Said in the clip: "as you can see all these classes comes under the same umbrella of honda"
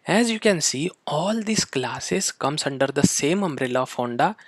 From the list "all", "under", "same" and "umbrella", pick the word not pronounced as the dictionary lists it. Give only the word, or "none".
none